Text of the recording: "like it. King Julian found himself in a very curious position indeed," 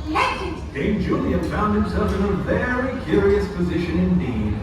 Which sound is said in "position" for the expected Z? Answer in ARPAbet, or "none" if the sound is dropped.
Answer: Z